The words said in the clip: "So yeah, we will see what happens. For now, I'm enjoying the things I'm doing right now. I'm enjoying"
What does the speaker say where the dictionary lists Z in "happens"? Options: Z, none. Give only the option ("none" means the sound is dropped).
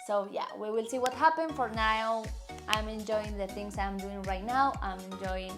none